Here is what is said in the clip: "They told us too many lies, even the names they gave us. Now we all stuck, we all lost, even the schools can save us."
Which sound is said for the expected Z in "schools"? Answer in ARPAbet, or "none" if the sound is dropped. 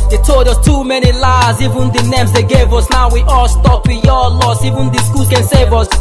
none